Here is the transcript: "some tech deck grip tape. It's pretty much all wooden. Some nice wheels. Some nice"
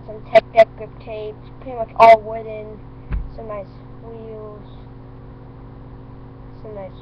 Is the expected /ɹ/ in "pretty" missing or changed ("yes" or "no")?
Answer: yes